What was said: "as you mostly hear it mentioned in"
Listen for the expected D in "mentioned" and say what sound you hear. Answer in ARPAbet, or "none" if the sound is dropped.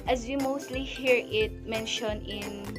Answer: none